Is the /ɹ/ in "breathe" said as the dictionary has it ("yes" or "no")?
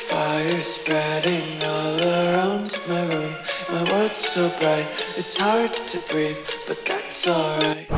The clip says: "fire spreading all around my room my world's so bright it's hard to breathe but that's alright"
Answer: yes